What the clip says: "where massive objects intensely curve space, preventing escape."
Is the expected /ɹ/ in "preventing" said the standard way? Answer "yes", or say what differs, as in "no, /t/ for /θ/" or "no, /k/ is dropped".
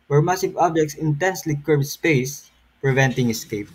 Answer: yes